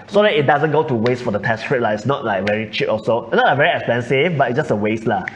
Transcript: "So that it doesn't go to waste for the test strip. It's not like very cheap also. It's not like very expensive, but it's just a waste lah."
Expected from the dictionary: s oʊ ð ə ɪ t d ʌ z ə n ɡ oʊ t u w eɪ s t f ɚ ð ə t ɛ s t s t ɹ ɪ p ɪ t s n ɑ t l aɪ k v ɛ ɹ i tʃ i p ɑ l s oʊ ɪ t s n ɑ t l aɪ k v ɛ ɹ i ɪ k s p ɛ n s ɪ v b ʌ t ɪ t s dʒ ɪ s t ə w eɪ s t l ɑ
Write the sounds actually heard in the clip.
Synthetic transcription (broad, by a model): s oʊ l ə ɪ t d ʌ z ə n ɡ oʊ t u w eɪ s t f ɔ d ə t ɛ s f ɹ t l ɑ ɪ t s n ɑ t l aɪ k v ɛ ɹ i tʃ i p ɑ s oʊ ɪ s n ɑ t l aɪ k v ɛ ɹ i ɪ k s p ɛ n s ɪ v b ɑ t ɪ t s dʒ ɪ s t ə w eɪ s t l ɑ